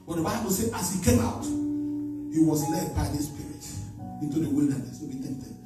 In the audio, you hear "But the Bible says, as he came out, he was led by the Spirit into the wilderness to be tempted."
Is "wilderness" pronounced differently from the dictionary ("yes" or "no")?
no